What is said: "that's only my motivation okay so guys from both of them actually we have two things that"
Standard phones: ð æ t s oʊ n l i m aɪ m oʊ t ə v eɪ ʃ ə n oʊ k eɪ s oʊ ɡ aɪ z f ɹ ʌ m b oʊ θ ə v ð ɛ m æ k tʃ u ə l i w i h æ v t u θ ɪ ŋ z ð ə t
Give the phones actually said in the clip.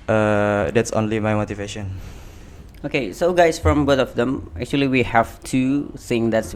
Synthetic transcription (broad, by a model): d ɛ t s oʊ n l i m aɪ m oʊ t ə v eɪ ʃ ə n oʊ k eɪ s oʊ ɡ aɪ s f ɹ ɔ m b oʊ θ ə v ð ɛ m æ k tʃ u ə l i w i h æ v t u s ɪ ŋ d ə t